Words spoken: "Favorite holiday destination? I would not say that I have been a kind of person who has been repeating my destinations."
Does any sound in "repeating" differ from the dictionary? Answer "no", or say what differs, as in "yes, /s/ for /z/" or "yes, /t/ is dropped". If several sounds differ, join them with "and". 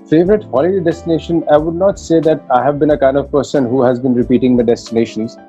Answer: no